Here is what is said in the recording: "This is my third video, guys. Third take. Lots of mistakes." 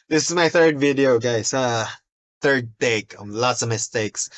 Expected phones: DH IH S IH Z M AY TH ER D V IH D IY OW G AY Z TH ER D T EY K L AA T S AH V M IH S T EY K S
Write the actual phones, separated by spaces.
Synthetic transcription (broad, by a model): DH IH S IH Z M AY TH ER D V IH D IY OW G AY S TH ER D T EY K L AA T S AH V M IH S T EY K S